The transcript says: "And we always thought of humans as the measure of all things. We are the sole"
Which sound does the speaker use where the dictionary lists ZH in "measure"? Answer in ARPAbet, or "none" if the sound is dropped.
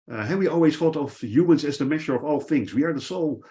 SH